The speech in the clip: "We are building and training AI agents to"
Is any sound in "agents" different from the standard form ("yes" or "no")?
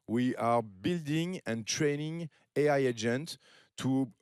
yes